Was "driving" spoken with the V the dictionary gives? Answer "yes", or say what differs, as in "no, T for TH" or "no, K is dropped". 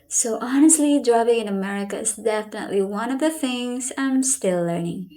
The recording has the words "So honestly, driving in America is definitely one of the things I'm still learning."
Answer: no, P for V